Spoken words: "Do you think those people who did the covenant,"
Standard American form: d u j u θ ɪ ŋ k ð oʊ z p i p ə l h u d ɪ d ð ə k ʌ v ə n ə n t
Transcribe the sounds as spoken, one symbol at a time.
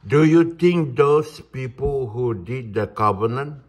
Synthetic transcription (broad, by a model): d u j u t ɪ ŋ k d oʊ s p i p ə l h u d ɪ d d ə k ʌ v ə n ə n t